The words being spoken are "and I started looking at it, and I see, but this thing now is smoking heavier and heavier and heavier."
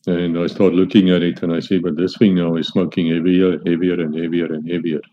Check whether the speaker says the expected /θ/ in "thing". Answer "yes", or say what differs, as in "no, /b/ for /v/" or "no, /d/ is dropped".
no, /f/ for /θ/